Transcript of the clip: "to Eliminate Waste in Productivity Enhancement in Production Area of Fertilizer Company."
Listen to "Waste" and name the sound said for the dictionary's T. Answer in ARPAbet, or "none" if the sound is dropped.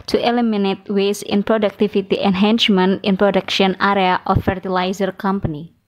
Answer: none